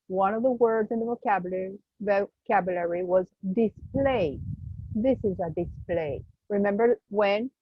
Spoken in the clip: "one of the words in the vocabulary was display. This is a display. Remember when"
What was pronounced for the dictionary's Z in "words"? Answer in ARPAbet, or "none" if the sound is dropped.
Z